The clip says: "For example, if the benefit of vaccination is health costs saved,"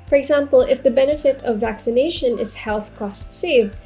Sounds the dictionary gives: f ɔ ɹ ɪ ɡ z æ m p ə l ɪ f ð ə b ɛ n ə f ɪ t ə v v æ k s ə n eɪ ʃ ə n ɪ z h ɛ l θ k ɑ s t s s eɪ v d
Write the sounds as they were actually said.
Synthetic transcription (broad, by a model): f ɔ ɹ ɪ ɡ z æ m p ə l ɪ f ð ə b ɛ n ə f ɪ t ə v v æ k s ə n eɪ ʃ ə n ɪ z h ɛ l θ k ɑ s t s s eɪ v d